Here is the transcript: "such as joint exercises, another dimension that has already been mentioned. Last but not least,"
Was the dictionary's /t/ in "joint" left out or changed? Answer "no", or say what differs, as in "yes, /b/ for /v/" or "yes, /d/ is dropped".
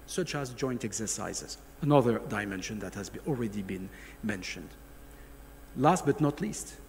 no